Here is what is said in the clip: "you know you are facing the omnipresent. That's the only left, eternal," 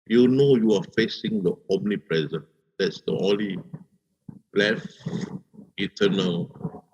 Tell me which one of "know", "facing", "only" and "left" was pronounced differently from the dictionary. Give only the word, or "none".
left